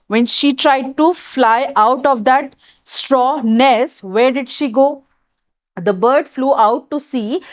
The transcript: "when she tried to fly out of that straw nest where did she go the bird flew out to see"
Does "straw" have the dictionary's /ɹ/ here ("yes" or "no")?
yes